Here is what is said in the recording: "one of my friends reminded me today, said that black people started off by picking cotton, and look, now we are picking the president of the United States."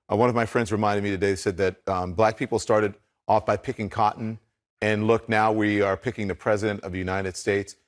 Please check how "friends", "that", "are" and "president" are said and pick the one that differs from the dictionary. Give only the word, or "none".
none